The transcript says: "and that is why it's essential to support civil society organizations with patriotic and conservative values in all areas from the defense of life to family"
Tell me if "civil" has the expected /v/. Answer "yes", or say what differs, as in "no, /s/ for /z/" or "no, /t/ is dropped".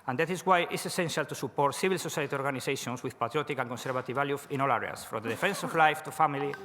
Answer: no, /b/ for /v/